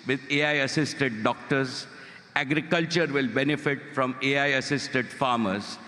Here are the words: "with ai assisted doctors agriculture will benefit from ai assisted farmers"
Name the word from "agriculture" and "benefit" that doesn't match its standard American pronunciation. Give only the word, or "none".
none